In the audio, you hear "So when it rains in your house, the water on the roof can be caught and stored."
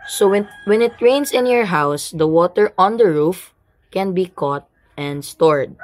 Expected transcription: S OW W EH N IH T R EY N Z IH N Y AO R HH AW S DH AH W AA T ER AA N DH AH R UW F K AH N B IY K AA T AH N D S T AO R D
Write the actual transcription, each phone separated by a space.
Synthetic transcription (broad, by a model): S OW W EH N IH T R EY N S IH N Y AO R HH AW S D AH W AA T ER AA N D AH R UW F K AH N B IY K AA T AH N D S T AO R D